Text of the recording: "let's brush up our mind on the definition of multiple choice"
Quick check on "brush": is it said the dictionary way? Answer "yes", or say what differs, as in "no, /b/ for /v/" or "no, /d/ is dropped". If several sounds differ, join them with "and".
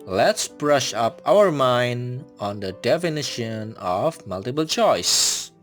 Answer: yes